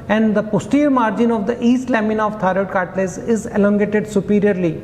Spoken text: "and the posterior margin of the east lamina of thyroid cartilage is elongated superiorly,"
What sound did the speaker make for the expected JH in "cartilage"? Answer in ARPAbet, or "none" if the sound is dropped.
Z